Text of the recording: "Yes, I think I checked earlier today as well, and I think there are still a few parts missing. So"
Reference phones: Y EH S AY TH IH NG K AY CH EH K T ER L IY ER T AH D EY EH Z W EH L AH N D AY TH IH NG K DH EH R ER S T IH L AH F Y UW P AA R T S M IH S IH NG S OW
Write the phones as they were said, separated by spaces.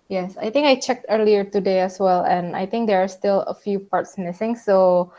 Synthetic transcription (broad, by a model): Y EH S AY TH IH NG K AY CH EH K T ER L IY ER T AH D EY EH S W EH L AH N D AY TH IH NG K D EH R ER S T IH L AH F Y UW P AA R T S M IH S IH NG S OW